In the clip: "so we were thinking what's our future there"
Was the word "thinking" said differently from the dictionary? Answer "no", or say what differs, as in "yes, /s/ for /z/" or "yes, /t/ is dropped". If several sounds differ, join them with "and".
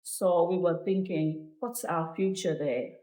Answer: no